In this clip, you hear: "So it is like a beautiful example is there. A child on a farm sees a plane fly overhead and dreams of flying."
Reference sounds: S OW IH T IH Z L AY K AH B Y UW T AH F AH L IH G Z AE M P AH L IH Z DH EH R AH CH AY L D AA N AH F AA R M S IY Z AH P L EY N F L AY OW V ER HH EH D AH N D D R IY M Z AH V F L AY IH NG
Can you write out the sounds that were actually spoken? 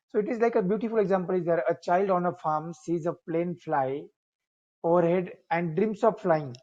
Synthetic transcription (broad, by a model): S OW IH T IH Z L AY K AH B Y UW T AH F AH L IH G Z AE M P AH L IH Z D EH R AH CH AY L D AA N AH F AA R M S IY Z AH P L EY N F L AY OW V ER HH EH D AH N D D R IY M S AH P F L AY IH NG